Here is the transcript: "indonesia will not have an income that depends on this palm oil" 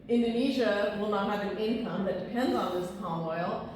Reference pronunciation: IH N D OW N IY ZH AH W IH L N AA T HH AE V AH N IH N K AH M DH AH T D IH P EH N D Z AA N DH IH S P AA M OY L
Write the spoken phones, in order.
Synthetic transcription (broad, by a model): IH N D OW N IY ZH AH W IH L N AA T HH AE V AH N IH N K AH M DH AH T D IH P EH N D Z N DH IH S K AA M OY L